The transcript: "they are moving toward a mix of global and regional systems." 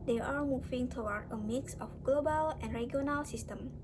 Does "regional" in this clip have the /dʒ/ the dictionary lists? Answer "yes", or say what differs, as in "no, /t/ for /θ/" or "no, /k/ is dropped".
no, /dʒ/ is dropped